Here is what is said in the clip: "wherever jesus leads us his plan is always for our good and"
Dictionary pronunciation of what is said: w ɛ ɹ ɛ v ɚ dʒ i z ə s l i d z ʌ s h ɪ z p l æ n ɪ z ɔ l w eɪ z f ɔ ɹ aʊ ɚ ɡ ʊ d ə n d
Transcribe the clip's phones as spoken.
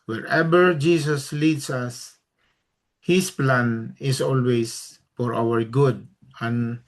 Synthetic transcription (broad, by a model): w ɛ ɹ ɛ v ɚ dʒ i s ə s l i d s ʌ s h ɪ s p l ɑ n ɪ s ɔ l w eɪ s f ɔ ɹ aʊ ɚ ɡ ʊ d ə n